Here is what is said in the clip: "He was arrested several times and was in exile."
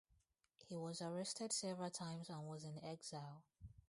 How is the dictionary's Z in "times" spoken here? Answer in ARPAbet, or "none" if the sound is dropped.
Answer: Z